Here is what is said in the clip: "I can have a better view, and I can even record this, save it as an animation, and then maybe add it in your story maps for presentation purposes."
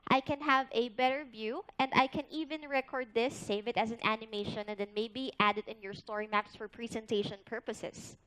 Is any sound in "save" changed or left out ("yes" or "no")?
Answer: no